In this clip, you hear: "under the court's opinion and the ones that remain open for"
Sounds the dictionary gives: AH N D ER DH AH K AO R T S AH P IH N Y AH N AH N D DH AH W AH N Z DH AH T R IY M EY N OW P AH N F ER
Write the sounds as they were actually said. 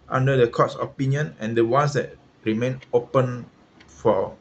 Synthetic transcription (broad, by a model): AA N D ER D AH K AO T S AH P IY N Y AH N AH N D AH W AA N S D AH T R IY M EY N OW P AH N F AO